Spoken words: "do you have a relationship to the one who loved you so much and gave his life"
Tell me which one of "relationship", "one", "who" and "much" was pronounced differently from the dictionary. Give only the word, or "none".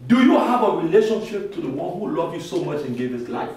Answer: none